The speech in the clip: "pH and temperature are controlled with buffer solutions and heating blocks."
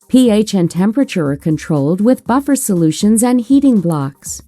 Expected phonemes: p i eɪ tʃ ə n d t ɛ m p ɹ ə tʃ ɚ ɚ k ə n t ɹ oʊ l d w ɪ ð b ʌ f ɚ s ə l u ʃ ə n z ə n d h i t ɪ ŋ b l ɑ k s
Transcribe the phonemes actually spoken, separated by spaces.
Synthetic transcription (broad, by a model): p i eɪ tʃ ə n t ɛ m p ɹ ə tʃ ɚ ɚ k ə n t ɹ oʊ l d w ɪ ð b ʌ f ɚ s ə l u ʃ ə n z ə n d h i t ɪ ŋ b l ɑ k s